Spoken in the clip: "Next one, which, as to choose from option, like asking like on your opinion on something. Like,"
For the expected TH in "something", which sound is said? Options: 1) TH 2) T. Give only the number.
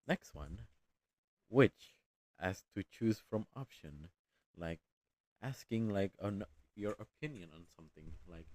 1